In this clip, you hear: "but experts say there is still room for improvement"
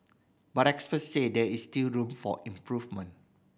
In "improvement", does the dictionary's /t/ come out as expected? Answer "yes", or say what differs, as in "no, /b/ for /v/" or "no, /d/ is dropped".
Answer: no, /t/ is dropped